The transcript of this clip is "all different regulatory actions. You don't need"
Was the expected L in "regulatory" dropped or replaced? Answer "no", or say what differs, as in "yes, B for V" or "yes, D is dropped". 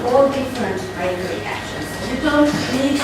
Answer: yes, L is dropped